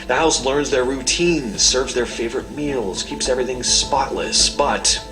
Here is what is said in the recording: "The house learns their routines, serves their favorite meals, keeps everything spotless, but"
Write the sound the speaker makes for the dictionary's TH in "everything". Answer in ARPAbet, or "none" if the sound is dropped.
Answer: TH